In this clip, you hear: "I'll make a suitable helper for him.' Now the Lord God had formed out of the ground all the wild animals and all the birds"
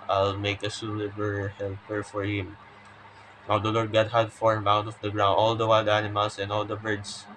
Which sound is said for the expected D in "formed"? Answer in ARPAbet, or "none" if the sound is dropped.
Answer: none